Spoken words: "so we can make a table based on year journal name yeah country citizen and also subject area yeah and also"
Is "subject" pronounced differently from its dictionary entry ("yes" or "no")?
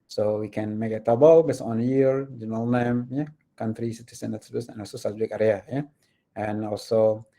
yes